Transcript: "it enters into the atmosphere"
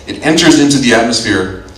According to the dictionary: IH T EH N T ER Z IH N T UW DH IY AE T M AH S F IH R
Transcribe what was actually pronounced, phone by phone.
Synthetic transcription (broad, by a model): IH T EH N T ER Z IH N T UW DH IY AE T M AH S F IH R